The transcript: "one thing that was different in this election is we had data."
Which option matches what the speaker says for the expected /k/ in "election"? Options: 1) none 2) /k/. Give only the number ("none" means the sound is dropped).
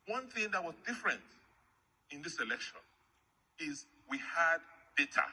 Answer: 2